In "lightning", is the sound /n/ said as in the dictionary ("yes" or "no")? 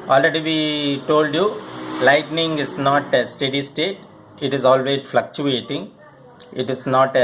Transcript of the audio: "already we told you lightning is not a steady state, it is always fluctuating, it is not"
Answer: yes